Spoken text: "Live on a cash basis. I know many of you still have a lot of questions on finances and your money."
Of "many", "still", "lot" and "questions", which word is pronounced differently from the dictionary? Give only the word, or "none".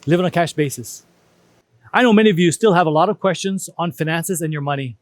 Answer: none